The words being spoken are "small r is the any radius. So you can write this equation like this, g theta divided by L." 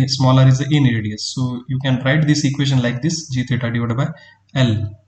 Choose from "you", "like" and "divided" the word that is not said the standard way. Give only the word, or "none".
divided